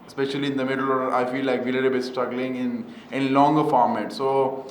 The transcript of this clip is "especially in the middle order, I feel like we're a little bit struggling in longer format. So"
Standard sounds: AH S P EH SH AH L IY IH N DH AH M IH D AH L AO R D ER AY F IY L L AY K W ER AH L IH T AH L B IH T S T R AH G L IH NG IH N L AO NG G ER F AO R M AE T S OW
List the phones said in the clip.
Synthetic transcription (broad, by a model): S P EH SH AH L IY IH N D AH M IH D AH L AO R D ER AY F IY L L AY K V AH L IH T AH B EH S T AH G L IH NG IH N L AO NG G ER F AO R M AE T S OW